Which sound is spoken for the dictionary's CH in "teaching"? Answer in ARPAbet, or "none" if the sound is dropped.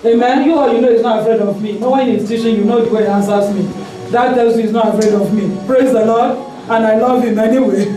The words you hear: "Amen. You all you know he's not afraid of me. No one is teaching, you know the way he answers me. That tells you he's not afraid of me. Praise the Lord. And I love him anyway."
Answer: SH